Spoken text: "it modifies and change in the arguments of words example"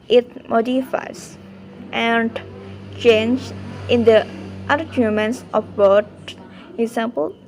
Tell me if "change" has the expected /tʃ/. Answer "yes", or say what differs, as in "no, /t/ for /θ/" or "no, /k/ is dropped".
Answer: yes